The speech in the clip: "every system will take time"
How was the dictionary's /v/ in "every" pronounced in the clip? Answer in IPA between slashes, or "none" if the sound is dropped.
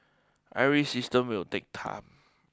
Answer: none